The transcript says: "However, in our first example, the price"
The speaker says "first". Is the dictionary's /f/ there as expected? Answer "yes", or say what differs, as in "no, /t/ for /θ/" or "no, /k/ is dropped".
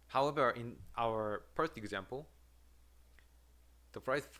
no, /p/ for /f/